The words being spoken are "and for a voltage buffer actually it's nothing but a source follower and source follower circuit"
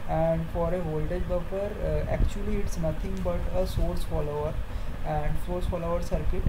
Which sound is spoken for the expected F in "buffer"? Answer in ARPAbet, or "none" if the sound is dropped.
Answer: P